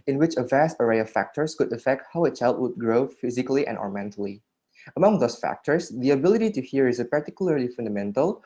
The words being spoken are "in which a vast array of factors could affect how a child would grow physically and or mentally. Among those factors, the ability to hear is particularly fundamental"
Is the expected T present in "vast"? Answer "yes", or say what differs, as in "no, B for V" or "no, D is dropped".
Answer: yes